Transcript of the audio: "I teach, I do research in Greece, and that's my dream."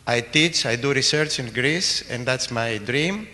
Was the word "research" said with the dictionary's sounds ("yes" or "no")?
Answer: yes